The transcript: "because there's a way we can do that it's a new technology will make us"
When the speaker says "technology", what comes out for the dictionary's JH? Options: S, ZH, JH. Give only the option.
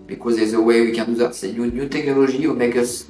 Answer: ZH